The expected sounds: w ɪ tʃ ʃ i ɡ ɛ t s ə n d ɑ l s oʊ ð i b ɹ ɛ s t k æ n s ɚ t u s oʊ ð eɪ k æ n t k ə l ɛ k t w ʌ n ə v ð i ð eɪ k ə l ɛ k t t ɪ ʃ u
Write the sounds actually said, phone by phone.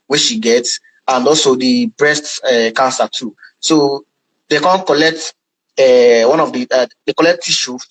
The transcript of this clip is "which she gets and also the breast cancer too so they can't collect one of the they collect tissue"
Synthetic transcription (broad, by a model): w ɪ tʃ ʃ i ɡ ɛ t s ə n d ɑ l s oʊ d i b ɹ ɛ s t k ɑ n s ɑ t u s oʊ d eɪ k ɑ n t k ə l ɛ k t w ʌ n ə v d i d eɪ k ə l ɛ k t t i ʃ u